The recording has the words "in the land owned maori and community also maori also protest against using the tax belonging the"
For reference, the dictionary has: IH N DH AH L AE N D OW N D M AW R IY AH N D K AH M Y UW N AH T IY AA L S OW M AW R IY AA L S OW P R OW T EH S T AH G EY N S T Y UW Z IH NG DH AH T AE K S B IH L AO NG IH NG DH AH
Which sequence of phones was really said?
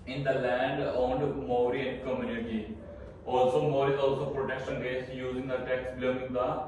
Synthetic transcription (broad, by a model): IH N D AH L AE N D OW N D M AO R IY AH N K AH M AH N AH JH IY AA L S OW M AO R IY AA L S OW P R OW T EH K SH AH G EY S Y UW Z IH NG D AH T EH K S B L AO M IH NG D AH